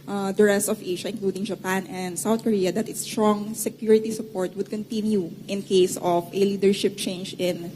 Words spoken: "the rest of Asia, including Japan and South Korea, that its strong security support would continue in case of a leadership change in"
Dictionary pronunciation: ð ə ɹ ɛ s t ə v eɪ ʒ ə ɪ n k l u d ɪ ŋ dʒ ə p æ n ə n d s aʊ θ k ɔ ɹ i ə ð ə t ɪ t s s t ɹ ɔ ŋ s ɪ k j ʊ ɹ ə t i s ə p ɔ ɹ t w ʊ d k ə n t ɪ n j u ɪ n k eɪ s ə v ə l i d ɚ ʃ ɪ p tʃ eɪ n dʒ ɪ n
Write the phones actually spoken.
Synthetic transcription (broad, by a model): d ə ɹ ɛ s t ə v eɪ ʃ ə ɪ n k l u d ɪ ŋ dʒ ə p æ n ə n d s aʊ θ k ɔ ɹ i ə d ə t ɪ t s s t ɹ ɔ ŋ s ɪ k j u ɹ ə t i s ə p ɔ ɹ t w ʊ d k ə n t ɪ n j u ɪ n k eɪ s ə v ə l i d ɚ ʃ ɪ p tʃ eɪ n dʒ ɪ n